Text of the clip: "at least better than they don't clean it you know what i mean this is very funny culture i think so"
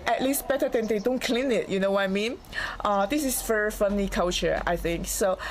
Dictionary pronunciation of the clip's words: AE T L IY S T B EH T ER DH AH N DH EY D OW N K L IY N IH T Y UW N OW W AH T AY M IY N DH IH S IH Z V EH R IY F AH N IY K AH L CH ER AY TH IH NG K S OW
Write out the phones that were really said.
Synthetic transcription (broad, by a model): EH T L IY S T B EH T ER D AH N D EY D OW N K L IY N IH T Y UW N OW W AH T AY M IY N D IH S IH S V EH R IY F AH N IY K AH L CH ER AY TH IH NG K S OW